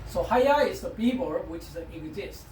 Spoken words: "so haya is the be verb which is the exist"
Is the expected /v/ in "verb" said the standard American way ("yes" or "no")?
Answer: no